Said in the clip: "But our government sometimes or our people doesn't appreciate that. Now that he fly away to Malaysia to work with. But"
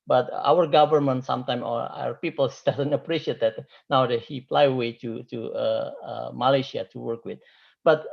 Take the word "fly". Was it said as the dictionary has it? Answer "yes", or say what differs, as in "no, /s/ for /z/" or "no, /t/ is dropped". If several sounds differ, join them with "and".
no, /p/ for /f/